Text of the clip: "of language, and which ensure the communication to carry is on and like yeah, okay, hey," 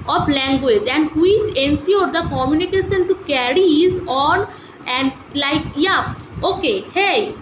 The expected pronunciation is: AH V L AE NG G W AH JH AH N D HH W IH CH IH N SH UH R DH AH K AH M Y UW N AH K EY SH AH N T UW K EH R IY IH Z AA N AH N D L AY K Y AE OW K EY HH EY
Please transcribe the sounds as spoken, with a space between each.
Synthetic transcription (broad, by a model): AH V L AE NG G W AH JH AH N D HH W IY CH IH N S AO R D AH K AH M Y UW N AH K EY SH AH N T UW K EH R IY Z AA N AH N D L AY K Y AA OW K EY HH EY